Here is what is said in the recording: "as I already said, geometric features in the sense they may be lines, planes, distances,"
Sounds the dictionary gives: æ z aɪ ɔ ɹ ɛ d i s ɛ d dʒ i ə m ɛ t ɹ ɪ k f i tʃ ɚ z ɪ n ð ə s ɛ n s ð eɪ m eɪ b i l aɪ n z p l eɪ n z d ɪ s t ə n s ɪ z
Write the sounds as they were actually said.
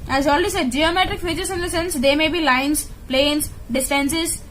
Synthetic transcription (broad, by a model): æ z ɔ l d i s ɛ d dʒ i ə m ɛ t ɹ ɪ k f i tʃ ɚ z ɪ n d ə s ɛ n s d eɪ m eɪ b i l aɪ n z p l eɪ n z d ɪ s t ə n s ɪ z